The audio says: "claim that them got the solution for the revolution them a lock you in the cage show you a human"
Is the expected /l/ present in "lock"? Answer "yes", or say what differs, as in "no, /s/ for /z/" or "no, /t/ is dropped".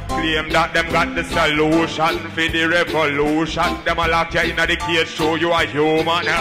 yes